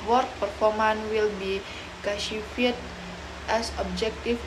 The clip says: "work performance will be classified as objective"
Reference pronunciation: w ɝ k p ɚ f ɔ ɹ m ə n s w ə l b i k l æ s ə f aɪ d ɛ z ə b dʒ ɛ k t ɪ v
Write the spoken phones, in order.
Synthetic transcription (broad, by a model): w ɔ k p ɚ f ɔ ɹ m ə n w ə l b i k ɑ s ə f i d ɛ s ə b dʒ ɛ k t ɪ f